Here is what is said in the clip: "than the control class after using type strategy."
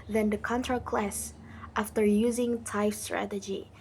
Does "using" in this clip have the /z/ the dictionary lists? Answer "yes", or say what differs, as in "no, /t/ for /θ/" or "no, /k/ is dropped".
yes